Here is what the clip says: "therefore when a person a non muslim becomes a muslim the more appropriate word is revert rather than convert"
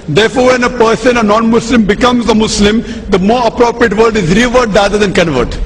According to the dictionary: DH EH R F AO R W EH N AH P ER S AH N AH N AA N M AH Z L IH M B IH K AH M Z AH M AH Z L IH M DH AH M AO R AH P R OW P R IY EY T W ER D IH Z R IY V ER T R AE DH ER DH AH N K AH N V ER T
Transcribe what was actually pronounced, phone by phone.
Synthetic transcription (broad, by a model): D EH R F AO R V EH N AH P ER S AH N AH N AA N M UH S L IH M B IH K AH M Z AH M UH S L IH M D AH M AO R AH P R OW P R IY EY T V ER D IH Z R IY V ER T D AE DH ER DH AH N K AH N V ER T